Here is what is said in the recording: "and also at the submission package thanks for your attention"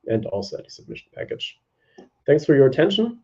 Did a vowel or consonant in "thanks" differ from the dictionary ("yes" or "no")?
no